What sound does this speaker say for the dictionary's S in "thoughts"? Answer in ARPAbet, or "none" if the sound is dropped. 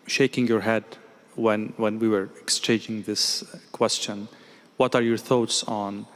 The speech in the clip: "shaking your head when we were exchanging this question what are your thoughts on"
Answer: S